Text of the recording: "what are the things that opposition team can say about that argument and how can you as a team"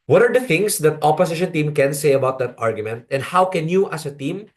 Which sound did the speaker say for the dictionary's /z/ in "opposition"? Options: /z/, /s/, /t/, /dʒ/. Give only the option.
/s/